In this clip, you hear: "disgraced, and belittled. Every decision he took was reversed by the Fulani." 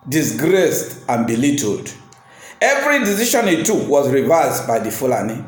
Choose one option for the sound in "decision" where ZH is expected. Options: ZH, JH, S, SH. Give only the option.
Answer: SH